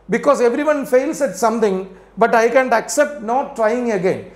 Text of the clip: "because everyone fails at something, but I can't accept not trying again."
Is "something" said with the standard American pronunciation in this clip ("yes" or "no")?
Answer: no